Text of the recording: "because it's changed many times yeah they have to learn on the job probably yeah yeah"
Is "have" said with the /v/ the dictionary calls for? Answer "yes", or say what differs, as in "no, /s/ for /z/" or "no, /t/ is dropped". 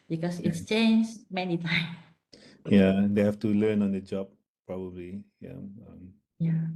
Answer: no, /f/ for /v/